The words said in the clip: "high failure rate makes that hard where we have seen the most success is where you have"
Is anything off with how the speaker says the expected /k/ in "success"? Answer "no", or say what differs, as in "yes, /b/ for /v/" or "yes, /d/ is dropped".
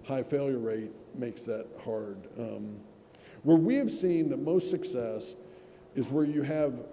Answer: no